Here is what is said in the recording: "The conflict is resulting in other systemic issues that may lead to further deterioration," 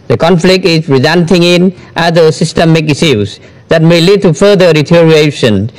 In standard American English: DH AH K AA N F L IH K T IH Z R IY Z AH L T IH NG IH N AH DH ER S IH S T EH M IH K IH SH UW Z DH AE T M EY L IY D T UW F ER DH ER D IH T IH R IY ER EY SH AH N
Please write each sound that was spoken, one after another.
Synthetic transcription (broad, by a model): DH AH K AA N F L IH K T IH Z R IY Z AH N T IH NG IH N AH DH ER S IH S T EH M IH K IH S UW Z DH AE T M EY L IY D T UW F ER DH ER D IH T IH R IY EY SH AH N